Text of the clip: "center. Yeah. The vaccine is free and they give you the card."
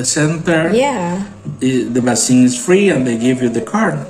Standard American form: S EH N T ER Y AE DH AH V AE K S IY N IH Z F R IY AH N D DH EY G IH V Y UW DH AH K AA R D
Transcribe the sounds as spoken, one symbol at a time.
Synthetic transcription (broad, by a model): S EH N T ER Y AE DH AH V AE S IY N IH Z F R IY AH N DH EY G IH V Y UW DH AH K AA R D